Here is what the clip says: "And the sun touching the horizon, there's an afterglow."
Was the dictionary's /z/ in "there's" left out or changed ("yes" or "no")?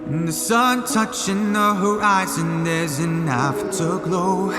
no